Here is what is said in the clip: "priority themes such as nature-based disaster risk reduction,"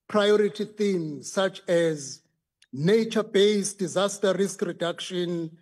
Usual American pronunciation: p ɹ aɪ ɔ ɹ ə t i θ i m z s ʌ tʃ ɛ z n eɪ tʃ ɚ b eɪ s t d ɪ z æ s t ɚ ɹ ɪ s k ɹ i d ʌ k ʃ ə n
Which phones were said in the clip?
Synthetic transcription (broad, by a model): p ɹ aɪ ɔ ɹ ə t i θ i m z s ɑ tʃ ɛ z n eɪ tʃ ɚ b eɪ s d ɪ z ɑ s t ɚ ɹ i s k ɹ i d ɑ k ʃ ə n